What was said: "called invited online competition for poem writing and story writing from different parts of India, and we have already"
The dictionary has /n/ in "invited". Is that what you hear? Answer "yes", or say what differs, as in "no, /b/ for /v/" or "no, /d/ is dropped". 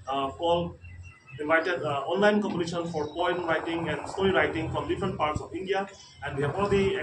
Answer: no, /n/ is dropped